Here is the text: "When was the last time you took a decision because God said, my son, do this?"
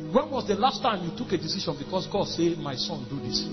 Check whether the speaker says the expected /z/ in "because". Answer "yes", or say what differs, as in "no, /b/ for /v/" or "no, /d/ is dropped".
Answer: no, /s/ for /z/